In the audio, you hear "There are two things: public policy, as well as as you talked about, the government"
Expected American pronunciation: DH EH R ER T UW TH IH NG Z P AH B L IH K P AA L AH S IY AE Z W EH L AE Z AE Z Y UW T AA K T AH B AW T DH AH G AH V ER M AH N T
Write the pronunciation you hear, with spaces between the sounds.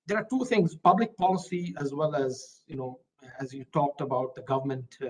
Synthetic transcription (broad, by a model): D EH R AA T UW T IH NG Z P AH B L IH K P AA L AH S IY AE Z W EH L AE Z AE Z Y UW T AA K T AH B AW T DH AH G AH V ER M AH N T